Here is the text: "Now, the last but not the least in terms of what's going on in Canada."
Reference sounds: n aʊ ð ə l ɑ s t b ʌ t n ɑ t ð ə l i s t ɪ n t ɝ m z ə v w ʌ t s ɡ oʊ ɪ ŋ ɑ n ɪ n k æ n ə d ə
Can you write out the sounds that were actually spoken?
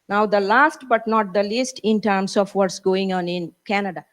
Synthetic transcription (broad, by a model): n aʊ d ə l ɑ s t b ʌ t n ɑ t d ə l i s t ɪ n t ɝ m s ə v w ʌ t s ɡ oʊ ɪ ŋ ɑ n ɪ n k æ n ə d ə